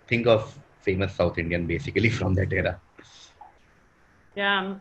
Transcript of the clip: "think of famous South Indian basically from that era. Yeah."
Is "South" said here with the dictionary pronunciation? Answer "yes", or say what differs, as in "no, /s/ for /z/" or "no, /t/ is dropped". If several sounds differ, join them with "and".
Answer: no, /t/ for /θ/